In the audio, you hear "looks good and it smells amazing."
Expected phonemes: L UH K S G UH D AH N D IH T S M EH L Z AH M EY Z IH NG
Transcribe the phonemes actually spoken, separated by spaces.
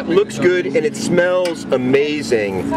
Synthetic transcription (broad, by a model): L UH K S G UH D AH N IH T S M EH L Z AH M EY Z IH NG